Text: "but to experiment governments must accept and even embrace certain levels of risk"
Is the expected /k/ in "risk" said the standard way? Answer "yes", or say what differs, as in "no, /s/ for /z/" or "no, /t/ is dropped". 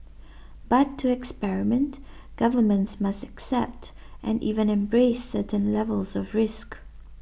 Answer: yes